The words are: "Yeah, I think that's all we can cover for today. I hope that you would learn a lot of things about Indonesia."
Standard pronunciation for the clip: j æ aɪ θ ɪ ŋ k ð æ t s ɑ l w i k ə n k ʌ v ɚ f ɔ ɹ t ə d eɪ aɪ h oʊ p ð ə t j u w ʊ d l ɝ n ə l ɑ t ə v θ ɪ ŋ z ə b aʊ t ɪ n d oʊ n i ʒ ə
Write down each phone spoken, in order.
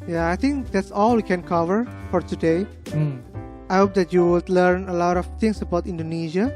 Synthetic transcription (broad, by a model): j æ aɪ t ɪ ŋ k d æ t s ɑ l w i k ə n k ʌ v ɚ f ɔ ɹ t ə d eɪ aɪ h oʊ p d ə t j u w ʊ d l ɝ n ə l ɑ t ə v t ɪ ŋ s ə b aʊ t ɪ n d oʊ n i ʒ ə